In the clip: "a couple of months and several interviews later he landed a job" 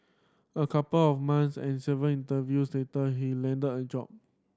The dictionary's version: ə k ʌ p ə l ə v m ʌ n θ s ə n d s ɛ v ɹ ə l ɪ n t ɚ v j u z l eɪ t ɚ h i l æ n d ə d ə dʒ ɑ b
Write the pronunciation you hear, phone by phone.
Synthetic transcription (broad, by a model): ə k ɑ p ə l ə f m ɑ n s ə n s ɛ v ə n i n t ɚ v j u s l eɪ t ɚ h i l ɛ n d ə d ə dʒ ɑ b